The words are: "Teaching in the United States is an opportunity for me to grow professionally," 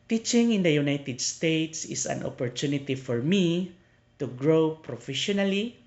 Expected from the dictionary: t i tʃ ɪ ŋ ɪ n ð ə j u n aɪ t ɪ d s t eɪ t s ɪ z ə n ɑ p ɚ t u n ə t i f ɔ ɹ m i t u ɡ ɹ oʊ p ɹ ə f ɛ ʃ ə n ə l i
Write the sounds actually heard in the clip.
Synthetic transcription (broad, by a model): t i tʃ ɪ ŋ ɪ n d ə j u n aɪ t ɪ d s t eɪ t s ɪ s ə n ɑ p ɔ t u n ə t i f ɔ ɹ m i t u ɡ ɹ oʊ p ɹ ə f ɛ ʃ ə n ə l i